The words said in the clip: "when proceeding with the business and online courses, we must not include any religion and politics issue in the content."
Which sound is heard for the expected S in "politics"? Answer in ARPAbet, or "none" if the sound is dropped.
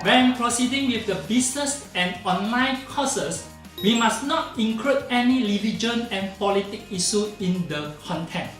none